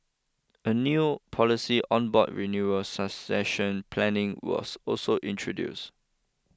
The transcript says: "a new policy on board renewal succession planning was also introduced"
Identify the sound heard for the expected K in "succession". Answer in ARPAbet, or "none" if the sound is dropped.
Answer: none